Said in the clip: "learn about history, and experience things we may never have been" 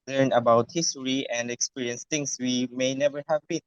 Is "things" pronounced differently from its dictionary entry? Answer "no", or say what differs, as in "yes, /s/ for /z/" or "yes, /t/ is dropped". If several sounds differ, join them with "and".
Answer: yes, /t/ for /θ/ and /s/ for /z/